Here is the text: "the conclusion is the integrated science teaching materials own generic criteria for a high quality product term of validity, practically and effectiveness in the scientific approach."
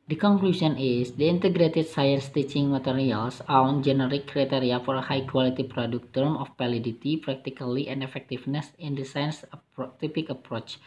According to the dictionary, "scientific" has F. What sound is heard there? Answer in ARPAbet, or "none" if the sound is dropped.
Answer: P